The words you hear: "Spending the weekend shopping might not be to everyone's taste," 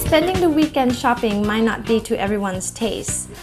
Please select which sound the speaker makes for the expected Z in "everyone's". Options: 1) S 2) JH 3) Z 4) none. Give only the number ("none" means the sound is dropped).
1